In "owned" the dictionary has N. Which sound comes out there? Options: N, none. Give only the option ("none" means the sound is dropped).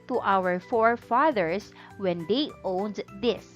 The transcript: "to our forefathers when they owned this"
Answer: N